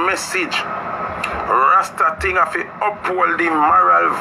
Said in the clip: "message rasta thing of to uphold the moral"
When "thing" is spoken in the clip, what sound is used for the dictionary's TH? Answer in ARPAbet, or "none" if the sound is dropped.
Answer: T